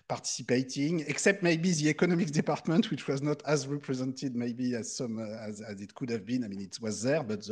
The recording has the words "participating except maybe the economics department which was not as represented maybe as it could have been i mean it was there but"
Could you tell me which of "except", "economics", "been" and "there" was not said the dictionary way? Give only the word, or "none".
economics